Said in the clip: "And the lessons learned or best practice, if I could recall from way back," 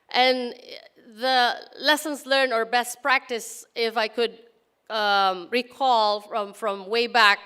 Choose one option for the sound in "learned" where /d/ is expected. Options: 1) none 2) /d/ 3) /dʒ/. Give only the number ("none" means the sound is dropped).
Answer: 1